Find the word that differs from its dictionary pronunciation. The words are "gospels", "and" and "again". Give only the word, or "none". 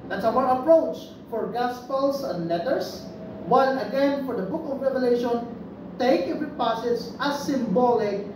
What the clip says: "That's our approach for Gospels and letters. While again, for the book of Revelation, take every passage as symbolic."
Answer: gospels